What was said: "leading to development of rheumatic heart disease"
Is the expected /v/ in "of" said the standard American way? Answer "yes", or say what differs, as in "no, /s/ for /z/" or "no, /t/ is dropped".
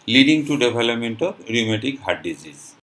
no, /b/ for /v/